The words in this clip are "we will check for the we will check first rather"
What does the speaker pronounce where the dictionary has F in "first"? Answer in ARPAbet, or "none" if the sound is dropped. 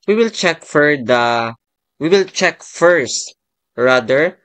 F